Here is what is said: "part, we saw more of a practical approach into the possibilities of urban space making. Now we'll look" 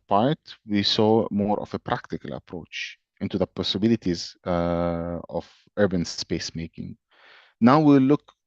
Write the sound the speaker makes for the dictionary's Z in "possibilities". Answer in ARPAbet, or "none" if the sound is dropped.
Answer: Z